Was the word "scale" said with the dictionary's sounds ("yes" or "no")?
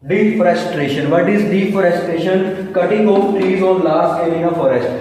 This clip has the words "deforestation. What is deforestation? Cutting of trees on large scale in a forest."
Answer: no